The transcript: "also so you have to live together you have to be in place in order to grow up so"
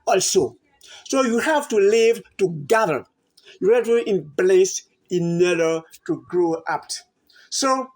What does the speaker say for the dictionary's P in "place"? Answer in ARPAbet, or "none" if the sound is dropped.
B